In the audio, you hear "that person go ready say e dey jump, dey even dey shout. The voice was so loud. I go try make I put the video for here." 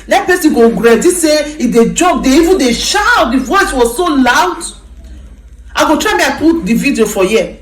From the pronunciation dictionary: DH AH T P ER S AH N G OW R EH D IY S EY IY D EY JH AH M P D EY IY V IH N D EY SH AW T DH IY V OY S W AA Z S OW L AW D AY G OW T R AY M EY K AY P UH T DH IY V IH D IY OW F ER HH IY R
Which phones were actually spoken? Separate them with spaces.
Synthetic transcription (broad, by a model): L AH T P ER S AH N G OW R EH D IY S EY IY D EY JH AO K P D EY IY V IH N D EY SH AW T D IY V OY S W AA Z S OW L AW D AY G OW T R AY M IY AY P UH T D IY V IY D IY OW F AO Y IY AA